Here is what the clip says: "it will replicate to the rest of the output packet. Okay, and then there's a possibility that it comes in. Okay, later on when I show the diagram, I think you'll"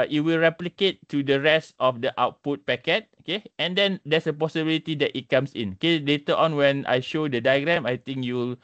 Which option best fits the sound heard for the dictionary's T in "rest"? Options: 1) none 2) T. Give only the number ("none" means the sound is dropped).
2